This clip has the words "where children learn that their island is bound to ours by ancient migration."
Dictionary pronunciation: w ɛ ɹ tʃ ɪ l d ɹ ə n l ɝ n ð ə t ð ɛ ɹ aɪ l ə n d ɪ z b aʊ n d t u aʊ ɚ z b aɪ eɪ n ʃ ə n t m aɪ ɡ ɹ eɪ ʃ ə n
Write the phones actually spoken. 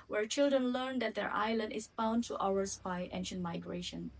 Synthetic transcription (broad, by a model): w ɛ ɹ tʃ ɪ l d ɹ ə n l ɝ n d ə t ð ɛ ɹ aɪ l ə n d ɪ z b aʊ n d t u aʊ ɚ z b aɪ eɪ n ʃ ə n t m aɪ ɡ ɹ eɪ ʃ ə n